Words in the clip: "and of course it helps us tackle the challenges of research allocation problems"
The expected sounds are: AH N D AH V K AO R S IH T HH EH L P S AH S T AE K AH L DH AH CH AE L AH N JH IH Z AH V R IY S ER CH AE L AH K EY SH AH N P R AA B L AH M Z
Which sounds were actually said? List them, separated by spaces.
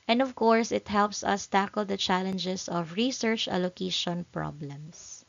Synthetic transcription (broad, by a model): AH N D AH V K AO R S IH T HH EH L P S AH S T AE K AH L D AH CH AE L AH N JH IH S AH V R IY S ER CH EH L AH K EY SH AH N P R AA B L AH M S